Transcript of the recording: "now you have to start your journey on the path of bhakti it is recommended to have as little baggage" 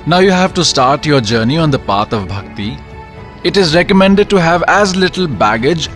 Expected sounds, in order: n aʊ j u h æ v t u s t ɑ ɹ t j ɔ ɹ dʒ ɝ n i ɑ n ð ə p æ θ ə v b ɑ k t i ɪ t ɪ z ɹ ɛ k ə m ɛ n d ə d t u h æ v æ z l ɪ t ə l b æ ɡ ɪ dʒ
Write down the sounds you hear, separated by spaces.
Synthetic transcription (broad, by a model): n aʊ j u h æ v t u s t ɑ ɹ t j ɔ ɹ dʒ ɝ n i ɑ n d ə p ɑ t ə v b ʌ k t i ɪ t ɪ z ɹ ɛ k ə m ɛ n d ə d t u h æ v æ z l ɪ t ə l b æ ɡ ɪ dʒ